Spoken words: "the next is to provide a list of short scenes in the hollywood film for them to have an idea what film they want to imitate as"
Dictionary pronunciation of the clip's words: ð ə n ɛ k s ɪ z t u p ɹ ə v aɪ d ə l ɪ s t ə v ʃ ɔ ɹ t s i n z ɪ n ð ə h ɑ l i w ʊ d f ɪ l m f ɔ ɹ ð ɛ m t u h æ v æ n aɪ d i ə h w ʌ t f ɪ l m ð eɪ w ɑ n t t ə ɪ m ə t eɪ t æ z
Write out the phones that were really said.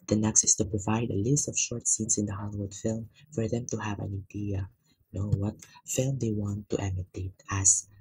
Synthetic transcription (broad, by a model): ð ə n ɛ k s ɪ s t u p ɹ ə v aɪ d ə l ɪ s t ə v ʃ ɔ ɹ t s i n s ɪ n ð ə h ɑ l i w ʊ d f ɪ l m f ɔ ɹ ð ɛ m t u h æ v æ n aɪ d i ə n w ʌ t f ɪ l m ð eɪ w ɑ n t t ə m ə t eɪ t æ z